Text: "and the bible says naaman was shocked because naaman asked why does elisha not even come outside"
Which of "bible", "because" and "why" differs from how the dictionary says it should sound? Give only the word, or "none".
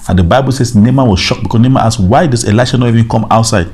because